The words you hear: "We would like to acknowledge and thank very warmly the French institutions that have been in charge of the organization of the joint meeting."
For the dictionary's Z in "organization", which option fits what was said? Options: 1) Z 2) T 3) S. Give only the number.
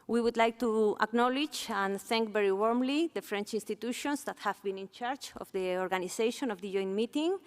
3